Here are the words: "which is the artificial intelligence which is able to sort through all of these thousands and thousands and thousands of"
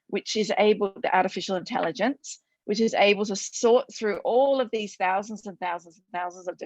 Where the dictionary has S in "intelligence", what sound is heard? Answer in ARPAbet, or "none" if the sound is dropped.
S